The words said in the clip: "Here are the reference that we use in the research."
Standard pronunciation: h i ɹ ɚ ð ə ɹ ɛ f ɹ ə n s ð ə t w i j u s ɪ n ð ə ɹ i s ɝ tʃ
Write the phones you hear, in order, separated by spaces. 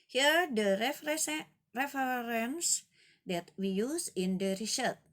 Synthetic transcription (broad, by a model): h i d ɚ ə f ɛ ɹ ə n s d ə t w i j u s ɪ n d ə ɹ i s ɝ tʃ